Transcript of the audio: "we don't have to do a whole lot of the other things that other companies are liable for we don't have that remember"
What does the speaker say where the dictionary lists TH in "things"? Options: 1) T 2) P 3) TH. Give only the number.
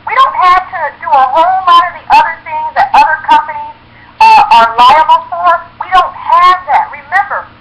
3